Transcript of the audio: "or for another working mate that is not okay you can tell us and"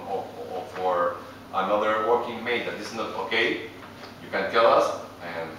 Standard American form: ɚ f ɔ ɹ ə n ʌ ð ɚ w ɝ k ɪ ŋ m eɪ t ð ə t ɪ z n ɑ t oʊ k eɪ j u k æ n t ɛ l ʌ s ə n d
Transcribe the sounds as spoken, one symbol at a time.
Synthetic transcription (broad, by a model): f ɔ ɹ ə n ʌ ð ɚ w ɝ k ɪ ŋ m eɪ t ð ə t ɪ s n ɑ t oʊ k eɪ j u k æ n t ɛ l ʌ s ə n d